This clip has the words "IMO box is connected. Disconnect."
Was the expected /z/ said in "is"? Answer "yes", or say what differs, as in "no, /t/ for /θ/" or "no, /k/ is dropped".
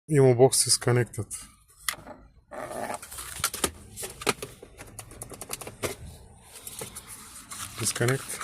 no, /s/ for /z/